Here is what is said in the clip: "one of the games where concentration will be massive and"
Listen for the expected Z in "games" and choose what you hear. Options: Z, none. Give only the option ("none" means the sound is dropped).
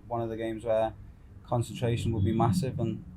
Z